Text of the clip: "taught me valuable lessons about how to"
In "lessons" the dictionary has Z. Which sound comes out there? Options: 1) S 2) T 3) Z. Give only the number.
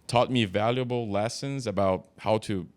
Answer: 3